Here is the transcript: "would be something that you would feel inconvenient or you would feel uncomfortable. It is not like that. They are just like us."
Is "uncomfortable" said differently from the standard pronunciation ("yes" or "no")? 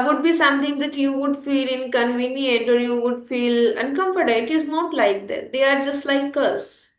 yes